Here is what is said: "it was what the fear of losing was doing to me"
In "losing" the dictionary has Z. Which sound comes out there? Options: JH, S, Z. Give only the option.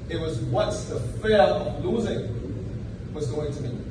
Z